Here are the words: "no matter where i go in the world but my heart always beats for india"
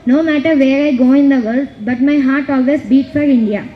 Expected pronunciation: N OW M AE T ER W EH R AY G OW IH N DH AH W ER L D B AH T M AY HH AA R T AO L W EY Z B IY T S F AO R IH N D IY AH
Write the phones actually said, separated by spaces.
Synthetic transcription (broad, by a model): N OW M AE T ER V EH R AY G OW IH N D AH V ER L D B AH T M AY HH AA R T AO L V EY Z B IY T F AO R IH N D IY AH